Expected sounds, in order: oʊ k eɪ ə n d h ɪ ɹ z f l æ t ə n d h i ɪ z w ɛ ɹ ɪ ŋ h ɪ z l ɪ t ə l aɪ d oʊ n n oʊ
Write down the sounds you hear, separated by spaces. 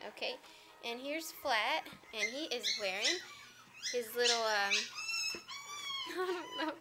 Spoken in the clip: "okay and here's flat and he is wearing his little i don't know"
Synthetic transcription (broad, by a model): oʊ k eɪ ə n h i ɹ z f l æ t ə n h i ɪ z w ɛ ɹ ɪ ŋ h ɪ z l ɪ t l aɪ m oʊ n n oʊ